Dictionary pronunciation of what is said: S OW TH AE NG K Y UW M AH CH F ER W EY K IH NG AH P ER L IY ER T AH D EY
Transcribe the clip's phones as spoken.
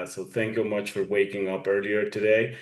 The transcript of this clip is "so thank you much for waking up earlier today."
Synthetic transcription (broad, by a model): S OW TH AE NG K Y UW M AH CH F ER W EY K IH NG AH P ER L IY ER T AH D EY